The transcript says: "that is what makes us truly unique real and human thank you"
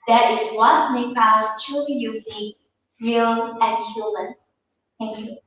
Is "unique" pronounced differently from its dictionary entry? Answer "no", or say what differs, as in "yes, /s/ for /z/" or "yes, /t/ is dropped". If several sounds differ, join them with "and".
yes, /n/ is dropped